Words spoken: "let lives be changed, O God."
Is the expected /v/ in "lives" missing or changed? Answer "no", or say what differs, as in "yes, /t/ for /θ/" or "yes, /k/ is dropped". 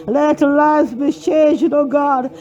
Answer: yes, /v/ is dropped